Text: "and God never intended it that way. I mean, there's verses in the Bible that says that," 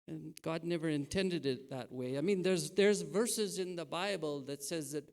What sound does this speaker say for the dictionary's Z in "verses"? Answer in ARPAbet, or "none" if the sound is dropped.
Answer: Z